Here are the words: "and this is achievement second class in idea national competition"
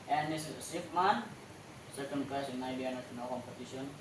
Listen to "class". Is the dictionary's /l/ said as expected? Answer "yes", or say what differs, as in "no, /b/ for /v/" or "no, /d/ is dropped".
no, /l/ is dropped